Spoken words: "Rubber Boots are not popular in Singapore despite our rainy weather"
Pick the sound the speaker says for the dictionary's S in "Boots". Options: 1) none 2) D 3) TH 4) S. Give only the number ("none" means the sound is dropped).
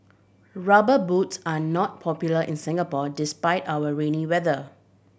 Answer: 4